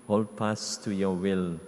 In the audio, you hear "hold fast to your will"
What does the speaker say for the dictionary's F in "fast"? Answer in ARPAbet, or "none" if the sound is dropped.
P